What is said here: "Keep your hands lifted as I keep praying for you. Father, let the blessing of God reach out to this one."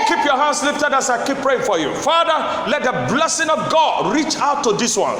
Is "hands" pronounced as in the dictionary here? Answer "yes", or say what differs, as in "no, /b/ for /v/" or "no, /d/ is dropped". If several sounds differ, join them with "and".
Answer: no, /s/ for /z/